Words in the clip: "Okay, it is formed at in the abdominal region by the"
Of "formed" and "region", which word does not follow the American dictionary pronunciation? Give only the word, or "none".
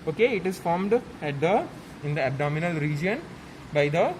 none